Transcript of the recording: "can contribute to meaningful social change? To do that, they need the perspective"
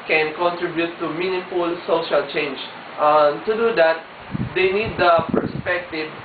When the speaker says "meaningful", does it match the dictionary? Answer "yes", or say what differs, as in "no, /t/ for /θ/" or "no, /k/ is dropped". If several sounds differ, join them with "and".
no, /ŋ/ is dropped